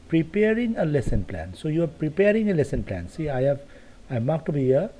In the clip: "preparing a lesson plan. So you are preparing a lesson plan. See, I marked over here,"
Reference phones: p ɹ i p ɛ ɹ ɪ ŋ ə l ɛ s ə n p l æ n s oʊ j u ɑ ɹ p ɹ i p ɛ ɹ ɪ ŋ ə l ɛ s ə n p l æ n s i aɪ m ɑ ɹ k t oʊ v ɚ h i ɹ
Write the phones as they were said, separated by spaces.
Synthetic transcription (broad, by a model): p ɹ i p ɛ ɹ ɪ ŋ ə l ɛ s ə n p l æ n s oʊ j u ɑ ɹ p ɹ i p ɛ ɹ ɪ ŋ ə l ɛ s ə n p l æ n s i aɪ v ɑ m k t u b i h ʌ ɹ